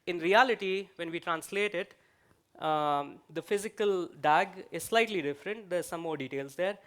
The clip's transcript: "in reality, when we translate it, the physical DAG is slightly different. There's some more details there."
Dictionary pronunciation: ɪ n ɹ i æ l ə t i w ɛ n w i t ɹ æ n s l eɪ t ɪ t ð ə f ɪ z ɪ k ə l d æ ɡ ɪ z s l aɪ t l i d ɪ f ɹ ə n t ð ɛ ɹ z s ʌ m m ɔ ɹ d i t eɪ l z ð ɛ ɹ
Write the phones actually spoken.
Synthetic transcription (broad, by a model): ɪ n ɹ i æ l ə t i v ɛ n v i t ɹ æ n s l eɪ t ɪ t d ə f ɪ z ɪ k ə l d æ ɡ ɪ z s l aɪ t l i d ɪ f ɹ ə n t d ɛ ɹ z s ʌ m m ɔ ɹ d i t eɪ l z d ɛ ɹ